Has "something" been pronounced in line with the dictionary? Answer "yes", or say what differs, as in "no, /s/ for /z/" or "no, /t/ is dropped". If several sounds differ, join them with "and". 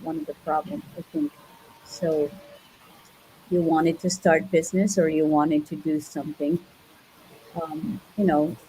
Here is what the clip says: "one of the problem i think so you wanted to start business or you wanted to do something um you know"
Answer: yes